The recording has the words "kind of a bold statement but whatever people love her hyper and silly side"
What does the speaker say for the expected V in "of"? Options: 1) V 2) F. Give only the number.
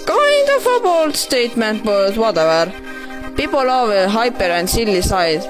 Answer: 2